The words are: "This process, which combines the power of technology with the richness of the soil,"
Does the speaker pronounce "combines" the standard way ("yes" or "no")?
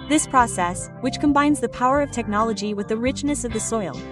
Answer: yes